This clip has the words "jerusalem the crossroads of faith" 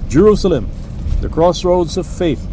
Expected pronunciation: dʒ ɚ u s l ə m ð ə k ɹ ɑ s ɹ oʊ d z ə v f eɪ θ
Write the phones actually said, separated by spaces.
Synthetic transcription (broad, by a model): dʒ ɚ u s l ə m ð ə k ɹ ɑ s ɹ oʊ d z ə v f eɪ θ